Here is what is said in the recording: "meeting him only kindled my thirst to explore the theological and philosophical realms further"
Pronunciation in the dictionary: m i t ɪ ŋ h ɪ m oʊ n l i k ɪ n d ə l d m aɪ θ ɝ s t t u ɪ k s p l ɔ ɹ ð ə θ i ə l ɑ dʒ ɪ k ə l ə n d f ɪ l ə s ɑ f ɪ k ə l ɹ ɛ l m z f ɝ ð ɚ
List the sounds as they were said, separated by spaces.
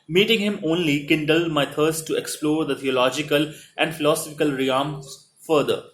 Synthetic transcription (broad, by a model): m i t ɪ ŋ h ɪ m oʊ n l i k ɪ n d ə l d m aɪ t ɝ s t t u ɪ k s p l ɔ ɹ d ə t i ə l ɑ dʒ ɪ k ə l ə n d f ɪ l ə s ɑ f ɪ k ə l ɹ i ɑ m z f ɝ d ɚ